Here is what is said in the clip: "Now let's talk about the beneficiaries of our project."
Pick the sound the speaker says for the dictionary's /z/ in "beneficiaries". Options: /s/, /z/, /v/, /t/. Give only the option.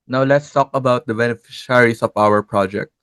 /s/